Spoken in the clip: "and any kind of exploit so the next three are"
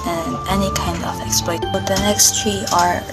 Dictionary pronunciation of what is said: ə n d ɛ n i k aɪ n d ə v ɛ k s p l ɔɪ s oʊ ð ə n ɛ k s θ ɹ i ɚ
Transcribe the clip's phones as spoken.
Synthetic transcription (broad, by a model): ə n ɛ n i k aɪ n d ə v ɛ k s p l ɔɪ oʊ ð ə n ɛ k s t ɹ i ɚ